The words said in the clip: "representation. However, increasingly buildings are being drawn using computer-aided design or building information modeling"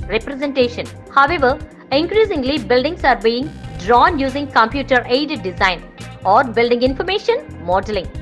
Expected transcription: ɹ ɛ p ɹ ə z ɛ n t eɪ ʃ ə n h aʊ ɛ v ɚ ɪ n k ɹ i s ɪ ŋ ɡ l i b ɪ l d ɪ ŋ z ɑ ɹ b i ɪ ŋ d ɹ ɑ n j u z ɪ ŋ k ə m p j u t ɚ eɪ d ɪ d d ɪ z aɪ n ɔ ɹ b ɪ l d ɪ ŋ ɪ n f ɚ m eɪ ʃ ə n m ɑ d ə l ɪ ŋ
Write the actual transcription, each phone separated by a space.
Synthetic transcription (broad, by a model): ɹ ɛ p ɹ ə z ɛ n t eɪ ʃ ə n h aʊ ɛ v ɚ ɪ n k ɹ i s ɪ ŋ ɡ l i b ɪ l d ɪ ŋ s ɑ ɹ b i ɪ ŋ d ɹ ɑ n j u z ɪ ŋ k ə m p j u t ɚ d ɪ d d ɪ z aɪ n ɔ ɹ b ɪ l d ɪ ŋ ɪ n f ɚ m eɪ ʃ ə n m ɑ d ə l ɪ ŋ